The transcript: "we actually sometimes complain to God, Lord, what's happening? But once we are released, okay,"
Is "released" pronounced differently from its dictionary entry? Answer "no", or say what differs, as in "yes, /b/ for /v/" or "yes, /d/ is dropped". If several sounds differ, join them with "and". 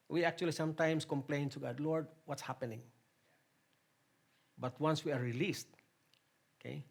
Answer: no